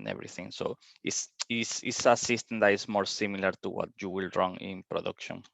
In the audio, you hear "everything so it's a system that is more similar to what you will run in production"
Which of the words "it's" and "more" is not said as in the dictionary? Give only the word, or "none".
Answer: it's